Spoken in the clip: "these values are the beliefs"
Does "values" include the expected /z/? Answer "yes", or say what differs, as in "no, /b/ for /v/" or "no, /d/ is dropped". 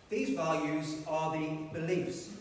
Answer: yes